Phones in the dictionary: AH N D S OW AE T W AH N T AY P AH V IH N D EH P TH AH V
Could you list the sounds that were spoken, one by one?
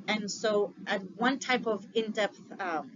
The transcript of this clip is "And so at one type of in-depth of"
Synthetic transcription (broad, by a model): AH N S OW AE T W AH N T AY P AH V IH N D EH P TH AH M